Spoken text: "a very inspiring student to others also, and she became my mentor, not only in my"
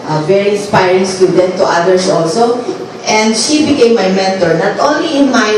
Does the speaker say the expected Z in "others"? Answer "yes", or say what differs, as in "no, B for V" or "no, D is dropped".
no, S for Z